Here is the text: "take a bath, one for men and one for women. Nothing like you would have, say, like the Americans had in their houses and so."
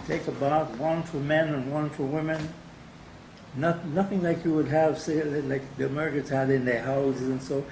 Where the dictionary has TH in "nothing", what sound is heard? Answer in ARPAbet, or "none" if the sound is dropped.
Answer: TH